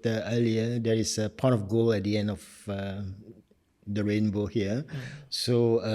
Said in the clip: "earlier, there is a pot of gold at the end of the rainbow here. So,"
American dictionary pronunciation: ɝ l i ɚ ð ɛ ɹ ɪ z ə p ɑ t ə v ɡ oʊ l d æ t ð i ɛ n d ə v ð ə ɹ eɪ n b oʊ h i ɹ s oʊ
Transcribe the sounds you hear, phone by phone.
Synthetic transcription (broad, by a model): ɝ l i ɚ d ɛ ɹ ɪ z ə p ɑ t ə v ɡ oʊ l ɛ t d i ɛ n d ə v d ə ɹ eɪ n b oʊ h i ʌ s oʊ